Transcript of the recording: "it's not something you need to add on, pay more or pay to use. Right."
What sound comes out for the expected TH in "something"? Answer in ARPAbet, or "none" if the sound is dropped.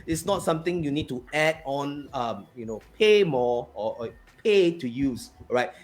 T